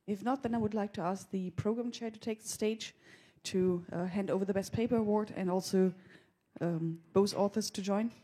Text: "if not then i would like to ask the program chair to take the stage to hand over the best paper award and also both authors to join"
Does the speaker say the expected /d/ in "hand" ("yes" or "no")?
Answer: yes